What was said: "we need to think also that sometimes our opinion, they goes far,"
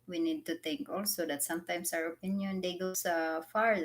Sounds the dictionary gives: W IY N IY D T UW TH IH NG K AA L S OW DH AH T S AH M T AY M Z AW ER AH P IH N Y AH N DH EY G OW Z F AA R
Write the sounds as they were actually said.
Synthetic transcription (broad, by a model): W IY N IY D T UW T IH NG K AA L S OW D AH T S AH M T AY M S AW ER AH P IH N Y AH N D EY G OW S F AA R